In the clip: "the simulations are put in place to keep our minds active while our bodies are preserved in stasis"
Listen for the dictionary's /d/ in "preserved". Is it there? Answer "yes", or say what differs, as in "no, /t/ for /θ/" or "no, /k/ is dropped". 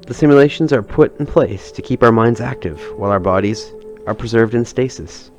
yes